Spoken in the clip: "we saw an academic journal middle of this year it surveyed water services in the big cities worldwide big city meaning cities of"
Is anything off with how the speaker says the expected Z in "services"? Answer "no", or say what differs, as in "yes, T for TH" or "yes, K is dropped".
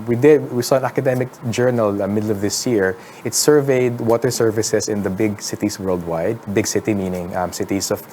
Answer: yes, S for Z